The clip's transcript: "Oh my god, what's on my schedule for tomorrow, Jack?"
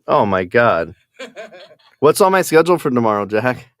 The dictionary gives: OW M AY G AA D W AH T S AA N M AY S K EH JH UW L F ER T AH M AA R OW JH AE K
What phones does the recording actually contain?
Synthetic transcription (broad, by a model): OW M AY G AA D W AH T S AA L M AY S K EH JH L F ER T AH M AA R OW JH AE K